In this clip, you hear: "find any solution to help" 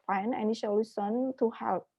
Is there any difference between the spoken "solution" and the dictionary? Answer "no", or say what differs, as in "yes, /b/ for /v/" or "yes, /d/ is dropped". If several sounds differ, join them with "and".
yes, /ʃ/ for /s/ and /s/ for /ʃ/